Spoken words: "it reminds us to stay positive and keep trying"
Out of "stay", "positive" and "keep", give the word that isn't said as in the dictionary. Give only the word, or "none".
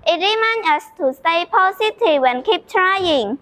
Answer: positive